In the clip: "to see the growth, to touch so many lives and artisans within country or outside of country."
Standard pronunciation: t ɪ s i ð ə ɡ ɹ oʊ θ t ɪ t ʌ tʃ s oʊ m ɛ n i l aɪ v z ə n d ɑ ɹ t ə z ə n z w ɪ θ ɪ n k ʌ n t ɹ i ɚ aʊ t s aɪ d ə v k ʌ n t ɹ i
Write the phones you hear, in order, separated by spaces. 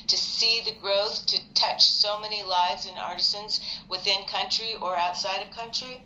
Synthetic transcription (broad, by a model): t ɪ s i ð ə ɡ ɹ oʊ θ t ɪ t ʌ tʃ s oʊ m ɛ n i l aɪ v z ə n ɑ ɹ t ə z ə n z w ɪ θ ɪ n k ʌ n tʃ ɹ i ɚ aʊ t s aɪ d ə v k ʌ n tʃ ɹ i